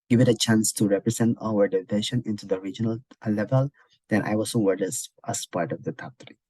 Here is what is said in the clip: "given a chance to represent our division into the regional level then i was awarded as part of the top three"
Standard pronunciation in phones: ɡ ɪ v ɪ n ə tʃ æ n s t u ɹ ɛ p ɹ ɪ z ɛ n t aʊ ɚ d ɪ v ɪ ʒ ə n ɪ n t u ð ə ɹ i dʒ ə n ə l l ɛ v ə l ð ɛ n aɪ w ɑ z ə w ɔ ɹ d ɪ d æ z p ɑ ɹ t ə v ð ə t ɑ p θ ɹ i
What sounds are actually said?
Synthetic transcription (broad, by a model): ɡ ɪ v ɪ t ə tʃ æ n s t u ɹ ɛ p ɹ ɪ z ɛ n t aʊ ɚ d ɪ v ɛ ʃ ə n ɪ n t u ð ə ɹ i dʒ ə n ə l l ɛ v ə l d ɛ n aɪ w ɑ s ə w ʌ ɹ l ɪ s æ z p ɑ ɹ t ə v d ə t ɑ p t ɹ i